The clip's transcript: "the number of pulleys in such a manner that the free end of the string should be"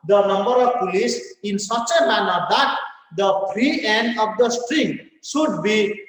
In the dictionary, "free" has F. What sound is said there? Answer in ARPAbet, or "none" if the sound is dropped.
P